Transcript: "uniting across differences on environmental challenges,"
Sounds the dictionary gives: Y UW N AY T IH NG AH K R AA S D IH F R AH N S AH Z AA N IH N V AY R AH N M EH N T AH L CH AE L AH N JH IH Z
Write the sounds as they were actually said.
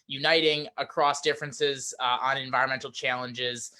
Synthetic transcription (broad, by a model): Y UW N AY T IH NG AH K R AA S D IH F R AH N S AH Z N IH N V AY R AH N M EH N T L CH AE L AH N JH IH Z